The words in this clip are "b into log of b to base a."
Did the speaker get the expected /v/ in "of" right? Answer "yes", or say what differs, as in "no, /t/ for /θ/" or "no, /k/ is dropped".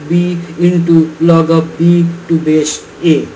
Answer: no, /p/ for /v/